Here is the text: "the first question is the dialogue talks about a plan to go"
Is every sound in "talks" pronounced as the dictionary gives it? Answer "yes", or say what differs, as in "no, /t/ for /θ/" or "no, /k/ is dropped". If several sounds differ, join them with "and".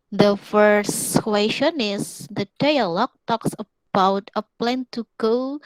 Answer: yes